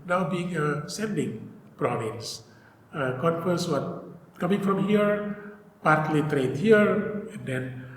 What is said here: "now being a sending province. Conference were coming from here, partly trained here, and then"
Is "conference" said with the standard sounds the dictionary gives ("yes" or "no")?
no